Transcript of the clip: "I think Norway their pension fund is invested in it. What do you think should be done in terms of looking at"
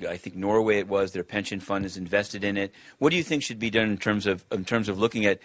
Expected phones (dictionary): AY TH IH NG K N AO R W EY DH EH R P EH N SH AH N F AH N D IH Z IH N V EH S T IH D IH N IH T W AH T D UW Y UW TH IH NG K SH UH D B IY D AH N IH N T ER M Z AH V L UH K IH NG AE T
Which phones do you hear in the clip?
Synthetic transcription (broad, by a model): AY TH IH NG K N AO R W EY DH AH R P EH N SH AH N F AH N D IH Z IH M V EH S T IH D IH N IH T W AH T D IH Y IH TH IH NG K SH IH D B IY D AH N IH N T ER M Z AH V L UH K IH NG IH T